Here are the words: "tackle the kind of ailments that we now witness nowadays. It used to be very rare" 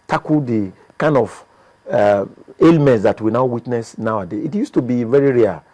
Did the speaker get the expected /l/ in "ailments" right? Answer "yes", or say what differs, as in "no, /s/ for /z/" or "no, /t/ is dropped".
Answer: yes